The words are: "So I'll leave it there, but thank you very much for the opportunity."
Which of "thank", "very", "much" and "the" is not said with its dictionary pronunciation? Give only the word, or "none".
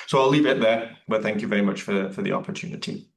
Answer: none